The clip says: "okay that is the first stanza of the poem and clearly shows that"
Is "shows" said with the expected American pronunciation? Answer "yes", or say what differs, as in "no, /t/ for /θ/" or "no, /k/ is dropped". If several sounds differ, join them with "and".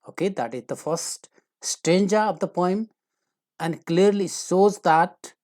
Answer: no, /s/ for /ʃ/